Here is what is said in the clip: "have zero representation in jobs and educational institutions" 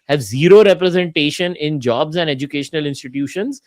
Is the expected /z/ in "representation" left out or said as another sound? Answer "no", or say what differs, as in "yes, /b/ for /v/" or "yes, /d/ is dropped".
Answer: no